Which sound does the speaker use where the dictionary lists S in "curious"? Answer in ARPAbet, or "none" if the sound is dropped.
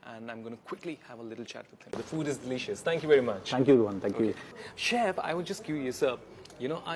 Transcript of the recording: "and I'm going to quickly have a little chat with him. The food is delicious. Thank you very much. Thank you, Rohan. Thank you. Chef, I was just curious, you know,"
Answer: none